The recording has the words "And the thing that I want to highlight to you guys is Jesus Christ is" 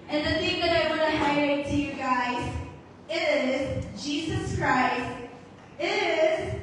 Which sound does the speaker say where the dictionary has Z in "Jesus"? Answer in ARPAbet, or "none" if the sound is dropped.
Z